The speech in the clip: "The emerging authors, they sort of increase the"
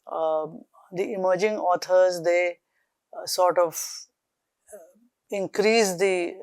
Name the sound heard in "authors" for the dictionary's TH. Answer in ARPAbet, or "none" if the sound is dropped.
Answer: T